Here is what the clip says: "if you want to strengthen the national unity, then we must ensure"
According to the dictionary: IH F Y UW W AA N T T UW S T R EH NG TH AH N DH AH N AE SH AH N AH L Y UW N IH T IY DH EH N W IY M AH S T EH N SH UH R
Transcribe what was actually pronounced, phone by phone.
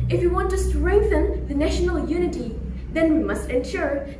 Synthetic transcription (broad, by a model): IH F Y UW W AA N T T UW S T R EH NG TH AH N DH AH N AE SH AH N AH L Y UW N IH T IY DH EH N W IY M AH S T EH N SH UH R